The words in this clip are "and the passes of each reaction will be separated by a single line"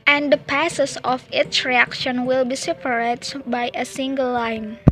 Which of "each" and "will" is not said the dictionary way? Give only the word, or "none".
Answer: each